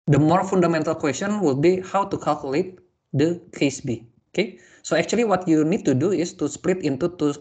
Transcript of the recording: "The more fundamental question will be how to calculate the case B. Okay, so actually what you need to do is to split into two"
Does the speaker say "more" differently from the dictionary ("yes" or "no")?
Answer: no